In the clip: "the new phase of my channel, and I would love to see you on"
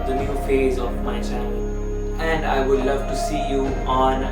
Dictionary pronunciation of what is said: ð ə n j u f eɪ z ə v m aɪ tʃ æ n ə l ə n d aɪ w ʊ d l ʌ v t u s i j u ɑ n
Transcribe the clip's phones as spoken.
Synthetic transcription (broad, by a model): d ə n j u f eɪ z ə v m aɪ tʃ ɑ ə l ə n d aɪ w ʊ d l ʌ v t u s i j u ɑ n